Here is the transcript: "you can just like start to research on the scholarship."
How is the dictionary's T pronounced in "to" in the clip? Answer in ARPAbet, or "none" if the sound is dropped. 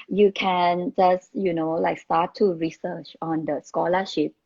T